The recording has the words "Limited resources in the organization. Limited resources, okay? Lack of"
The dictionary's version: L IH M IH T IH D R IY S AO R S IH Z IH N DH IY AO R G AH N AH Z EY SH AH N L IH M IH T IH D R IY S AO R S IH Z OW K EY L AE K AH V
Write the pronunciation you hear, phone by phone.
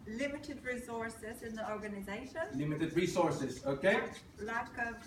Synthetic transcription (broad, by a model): L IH M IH T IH D R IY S AO R S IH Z IH N DH IY AO R G AH N AH Z EY SH AH N L IH M IH T IH D R IY S AO R S IH Z OW K EY L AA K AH